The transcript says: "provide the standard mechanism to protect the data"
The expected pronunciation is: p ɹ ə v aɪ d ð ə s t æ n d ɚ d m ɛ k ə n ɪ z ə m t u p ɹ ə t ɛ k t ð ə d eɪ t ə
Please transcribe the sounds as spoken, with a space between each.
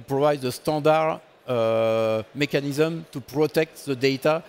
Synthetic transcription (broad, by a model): p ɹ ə v aɪ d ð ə s t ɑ d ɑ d m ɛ k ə n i z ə m t u p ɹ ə t ɛ k t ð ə d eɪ t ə